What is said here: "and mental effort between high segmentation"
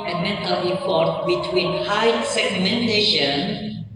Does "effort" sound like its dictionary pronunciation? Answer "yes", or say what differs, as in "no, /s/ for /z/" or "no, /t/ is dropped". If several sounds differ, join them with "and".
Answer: no, /p/ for /f/